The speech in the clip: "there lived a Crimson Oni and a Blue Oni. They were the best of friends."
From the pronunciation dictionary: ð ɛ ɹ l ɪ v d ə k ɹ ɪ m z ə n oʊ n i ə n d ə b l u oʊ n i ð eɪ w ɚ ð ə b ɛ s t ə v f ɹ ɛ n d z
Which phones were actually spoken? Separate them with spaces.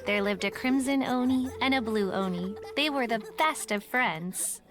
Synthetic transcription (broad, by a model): ð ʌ ɹ l ɪ v d ə k ɹ ɪ m z ə n oʊ n i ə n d ə b l u oʊ n i ð eɪ w ɚ ð ə b ɛ s t ə v f ɹ ɛ n d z